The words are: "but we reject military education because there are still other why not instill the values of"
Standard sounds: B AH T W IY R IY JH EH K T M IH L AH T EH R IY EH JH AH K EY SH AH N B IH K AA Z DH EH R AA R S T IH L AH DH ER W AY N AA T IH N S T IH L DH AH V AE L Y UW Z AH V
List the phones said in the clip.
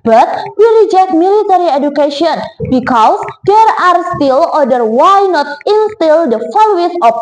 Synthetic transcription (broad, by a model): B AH T W IY R IY JH EH K T M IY L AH T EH R IY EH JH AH K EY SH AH N B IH K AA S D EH R AA R S T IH L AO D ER W AY N AA T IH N S T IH L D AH F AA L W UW S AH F